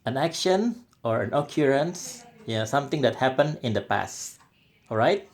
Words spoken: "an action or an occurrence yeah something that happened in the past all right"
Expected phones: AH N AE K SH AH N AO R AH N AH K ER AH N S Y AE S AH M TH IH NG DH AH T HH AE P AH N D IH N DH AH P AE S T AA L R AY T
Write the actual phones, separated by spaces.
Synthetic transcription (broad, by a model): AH N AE K SH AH N AO R AH N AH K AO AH N S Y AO S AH M T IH NG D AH T HH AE P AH N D IH N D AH P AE S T AA L R AY T